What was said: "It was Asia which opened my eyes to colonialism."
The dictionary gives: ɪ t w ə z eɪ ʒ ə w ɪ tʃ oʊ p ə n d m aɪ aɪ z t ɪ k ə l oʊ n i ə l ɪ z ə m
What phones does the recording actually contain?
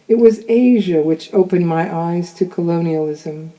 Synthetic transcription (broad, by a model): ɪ t w ə z eɪ ʒ ə w ɪ tʃ oʊ p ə n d m aɪ aɪ z t ɪ k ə l oʊ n i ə l ɪ z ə m